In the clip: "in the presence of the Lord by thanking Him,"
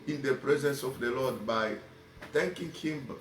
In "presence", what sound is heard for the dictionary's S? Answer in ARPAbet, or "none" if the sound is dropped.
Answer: S